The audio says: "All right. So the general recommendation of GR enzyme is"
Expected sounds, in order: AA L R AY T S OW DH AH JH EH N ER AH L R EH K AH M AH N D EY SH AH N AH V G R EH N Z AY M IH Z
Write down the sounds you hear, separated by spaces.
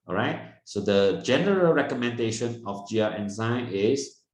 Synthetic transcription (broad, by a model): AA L R AY T S OW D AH JH EH N ER AH L R EH K AH M AH N D EY SH AH N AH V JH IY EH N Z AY IH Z